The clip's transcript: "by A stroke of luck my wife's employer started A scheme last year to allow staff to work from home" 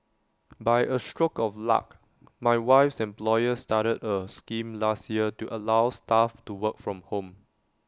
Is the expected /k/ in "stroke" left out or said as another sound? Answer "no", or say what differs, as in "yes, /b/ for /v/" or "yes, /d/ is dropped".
no